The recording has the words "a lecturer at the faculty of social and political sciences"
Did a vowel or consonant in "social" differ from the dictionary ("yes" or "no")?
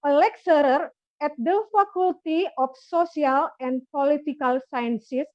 yes